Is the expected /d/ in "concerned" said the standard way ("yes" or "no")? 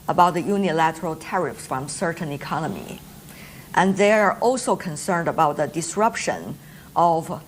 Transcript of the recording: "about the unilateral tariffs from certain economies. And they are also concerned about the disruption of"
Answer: yes